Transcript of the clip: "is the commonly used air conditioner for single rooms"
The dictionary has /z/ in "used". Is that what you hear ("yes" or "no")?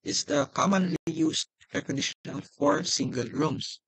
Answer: no